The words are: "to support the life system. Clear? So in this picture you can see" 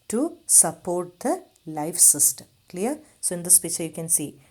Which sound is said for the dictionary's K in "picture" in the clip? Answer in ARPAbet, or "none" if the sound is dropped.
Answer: none